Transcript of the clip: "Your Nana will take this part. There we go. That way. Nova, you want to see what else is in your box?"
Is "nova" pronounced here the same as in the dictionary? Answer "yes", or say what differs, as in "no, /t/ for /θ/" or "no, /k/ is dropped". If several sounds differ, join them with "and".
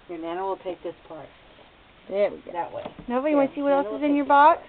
no, /b/ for /v/